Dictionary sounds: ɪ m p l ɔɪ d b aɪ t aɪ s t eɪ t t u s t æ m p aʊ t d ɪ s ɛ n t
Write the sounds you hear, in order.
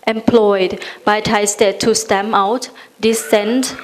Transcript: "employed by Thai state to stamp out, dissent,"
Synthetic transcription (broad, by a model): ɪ m p l ɔɪ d b aɪ t aɪ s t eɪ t t u s t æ m aʊ t d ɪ s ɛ n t